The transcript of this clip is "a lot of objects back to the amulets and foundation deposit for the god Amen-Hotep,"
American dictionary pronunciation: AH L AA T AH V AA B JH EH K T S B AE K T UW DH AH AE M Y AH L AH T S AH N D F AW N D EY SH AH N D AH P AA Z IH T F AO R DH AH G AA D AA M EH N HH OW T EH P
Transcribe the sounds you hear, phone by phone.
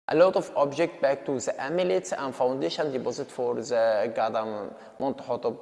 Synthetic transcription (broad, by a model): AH L AA T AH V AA B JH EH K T B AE K T UW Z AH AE M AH L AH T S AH N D F AW N D EY SH AH N D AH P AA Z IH T F AO R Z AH G AA D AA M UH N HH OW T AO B